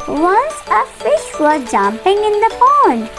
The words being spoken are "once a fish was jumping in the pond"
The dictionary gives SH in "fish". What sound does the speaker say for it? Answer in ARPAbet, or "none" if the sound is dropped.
SH